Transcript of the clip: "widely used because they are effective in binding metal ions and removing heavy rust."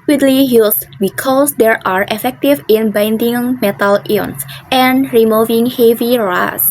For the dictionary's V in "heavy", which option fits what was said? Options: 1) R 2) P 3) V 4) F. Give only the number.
3